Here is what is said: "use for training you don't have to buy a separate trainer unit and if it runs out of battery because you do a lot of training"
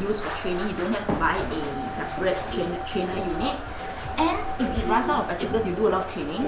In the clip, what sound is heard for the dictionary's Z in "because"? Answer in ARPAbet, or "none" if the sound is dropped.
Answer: S